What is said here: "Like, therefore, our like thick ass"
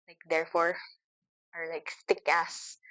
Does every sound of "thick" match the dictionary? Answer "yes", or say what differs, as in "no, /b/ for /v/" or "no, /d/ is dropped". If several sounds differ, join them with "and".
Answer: no, /s/ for /θ/